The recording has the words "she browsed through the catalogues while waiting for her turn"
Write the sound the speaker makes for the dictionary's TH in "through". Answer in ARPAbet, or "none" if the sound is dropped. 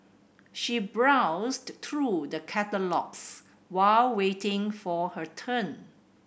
T